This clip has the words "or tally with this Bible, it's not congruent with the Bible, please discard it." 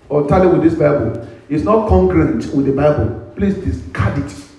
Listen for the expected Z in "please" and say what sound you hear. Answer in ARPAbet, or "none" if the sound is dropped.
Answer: S